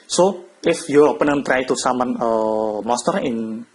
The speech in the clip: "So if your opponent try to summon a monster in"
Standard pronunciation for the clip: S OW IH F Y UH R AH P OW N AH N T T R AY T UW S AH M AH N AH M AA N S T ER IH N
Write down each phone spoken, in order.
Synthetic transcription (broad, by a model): S OW IH F Y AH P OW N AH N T T R AY T UW S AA M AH N AH M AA S T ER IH N